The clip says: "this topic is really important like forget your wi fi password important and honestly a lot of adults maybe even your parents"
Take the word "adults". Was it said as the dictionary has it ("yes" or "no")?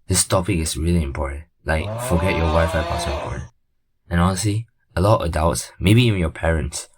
no